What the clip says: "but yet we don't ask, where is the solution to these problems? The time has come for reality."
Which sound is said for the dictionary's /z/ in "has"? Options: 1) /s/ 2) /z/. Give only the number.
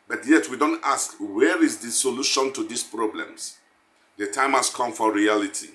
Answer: 1